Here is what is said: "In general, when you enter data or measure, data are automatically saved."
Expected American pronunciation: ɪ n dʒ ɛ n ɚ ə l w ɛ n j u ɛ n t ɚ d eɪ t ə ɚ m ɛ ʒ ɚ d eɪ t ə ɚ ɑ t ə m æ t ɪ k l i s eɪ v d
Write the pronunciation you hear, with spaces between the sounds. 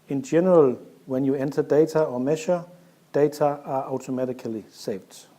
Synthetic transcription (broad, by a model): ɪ n dʒ ɛ n ɚ ə l w ɛ n j u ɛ n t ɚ d eɪ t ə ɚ m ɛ ʃ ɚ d eɪ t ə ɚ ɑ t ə m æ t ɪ k l i s eɪ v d